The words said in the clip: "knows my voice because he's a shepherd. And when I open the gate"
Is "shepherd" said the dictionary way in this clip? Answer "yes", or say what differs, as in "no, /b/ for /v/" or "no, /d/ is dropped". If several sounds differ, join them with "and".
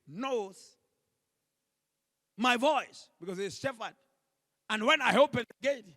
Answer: no, /f/ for /p/